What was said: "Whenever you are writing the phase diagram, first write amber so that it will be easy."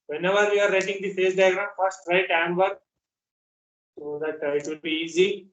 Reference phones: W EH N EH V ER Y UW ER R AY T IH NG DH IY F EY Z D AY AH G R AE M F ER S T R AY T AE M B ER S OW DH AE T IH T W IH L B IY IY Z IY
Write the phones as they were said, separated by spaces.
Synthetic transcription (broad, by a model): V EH N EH V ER Y UW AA R AY T IH NG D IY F EY S D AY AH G R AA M F ER S T R AY T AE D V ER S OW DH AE T IH T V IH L B IY IY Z IY